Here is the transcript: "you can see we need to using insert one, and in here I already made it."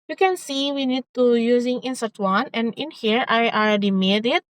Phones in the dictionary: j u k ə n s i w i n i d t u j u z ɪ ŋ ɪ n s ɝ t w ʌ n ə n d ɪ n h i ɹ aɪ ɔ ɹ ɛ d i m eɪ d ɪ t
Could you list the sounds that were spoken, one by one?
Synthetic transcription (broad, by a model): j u k ə n s i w i n i d t u j u z ɪ ŋ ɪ n s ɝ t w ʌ n ə n d ɪ n h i ɹ aɪ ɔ l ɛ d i m eɪ d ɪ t